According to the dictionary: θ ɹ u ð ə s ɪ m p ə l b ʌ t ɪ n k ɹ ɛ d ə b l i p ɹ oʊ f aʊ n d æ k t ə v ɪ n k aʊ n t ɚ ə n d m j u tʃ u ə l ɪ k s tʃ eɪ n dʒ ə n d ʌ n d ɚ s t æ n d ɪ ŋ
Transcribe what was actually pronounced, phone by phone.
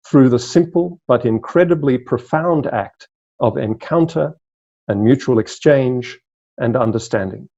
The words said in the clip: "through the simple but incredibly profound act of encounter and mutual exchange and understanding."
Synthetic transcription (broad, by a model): θ ɹ u ð ə s ɪ m p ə l b ʌ t ɪ n k ɹ ɛ d ə b l i p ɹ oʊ f aʊ n d æ k t ə v ɪ n k aʊ n t ɚ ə n m j u tʃ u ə l ɪ k s tʃ eɪ n dʒ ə n ʌ n d ɚ s t æ n d ɪ ŋ